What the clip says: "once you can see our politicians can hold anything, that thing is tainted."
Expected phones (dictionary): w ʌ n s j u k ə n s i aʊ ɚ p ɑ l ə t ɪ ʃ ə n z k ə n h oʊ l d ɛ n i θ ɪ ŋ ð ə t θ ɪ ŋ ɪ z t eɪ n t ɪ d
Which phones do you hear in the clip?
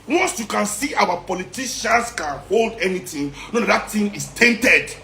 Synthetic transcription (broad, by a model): w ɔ n s j u k ə n s i aʊ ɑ p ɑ l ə t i ʃ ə n s k ə n h oʊ l d ɛ n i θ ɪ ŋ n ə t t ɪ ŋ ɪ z t eɪ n t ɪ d